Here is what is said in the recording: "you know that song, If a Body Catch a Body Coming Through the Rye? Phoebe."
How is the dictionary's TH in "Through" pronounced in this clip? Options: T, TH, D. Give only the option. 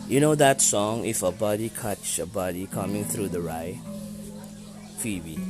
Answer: TH